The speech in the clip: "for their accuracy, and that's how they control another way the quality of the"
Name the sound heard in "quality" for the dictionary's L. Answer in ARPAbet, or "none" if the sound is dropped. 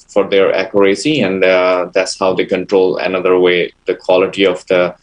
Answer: L